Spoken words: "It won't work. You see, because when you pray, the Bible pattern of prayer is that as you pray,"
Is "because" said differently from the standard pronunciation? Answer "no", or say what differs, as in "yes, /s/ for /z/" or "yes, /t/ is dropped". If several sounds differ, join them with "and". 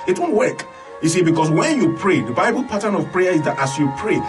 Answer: yes, /s/ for /z/